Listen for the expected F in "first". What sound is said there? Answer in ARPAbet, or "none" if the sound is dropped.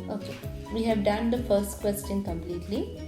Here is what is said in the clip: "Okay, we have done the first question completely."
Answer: F